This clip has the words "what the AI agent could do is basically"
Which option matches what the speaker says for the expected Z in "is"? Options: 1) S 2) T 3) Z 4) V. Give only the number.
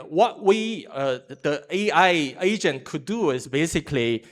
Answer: 1